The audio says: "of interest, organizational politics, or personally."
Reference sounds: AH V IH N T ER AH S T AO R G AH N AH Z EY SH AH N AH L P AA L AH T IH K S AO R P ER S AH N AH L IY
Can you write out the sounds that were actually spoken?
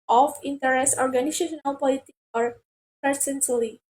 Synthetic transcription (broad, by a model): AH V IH N T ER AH S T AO R G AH N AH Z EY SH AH N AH L P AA L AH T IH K AO R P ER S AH N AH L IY